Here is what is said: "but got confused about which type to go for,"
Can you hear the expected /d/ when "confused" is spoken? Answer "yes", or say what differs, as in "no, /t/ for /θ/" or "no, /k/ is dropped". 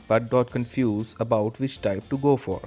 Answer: no, /d/ is dropped